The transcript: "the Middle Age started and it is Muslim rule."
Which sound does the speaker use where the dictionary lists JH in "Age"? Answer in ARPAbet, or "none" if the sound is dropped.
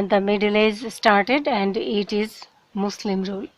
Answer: Z